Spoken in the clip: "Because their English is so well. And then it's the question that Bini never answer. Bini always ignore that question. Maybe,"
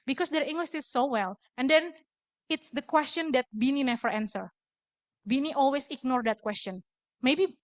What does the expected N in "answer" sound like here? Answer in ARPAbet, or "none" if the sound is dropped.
N